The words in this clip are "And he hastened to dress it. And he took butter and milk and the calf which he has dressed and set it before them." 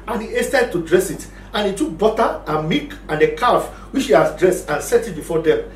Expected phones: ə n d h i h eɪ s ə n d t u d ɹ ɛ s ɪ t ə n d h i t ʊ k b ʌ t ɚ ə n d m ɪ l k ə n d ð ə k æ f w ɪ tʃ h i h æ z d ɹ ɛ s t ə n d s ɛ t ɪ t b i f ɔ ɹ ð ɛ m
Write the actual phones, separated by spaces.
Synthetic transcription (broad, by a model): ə n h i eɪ s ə d t u d ɹ ɛ s ɪ t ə n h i t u k b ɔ t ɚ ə m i k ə n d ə k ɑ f w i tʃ h i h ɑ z d ɹ ɛ s t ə n s ɛ t ɪ t b i f ɔ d ɛ m